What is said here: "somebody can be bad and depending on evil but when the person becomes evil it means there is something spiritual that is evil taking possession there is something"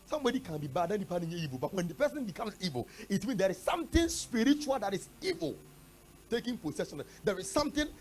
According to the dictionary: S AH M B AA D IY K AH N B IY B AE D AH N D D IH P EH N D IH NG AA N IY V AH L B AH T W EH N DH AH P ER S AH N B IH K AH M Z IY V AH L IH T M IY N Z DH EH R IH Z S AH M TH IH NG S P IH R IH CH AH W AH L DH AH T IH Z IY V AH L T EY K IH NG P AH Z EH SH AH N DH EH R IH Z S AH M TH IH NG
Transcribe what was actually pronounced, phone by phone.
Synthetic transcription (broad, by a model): S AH M B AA D IY K AH N B IY B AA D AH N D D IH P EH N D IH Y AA IY V AH L B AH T W EH N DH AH P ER S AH N B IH K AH M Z IY V AH L IH T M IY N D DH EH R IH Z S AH M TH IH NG S P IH R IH CH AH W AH L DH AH T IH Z IY V AH L T EY K IH NG P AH S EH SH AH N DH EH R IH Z S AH M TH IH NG